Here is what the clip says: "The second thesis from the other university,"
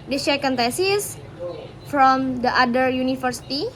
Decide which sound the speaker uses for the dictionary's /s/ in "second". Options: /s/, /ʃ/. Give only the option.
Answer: /ʃ/